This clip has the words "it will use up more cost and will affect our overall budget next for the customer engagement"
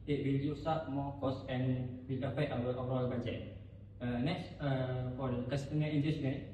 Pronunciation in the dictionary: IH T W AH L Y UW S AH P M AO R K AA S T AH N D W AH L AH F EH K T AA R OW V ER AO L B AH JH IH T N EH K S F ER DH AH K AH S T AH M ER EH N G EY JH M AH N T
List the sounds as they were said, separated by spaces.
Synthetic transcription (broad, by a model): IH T W AH L Y UW S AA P M AO K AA S AH N W AH L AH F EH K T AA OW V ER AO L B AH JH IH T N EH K S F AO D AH K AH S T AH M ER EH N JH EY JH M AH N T